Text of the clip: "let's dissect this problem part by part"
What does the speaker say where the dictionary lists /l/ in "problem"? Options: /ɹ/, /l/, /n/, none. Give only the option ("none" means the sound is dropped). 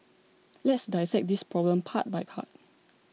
/l/